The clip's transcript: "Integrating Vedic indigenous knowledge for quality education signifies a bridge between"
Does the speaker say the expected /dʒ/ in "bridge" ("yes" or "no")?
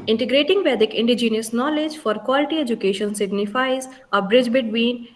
yes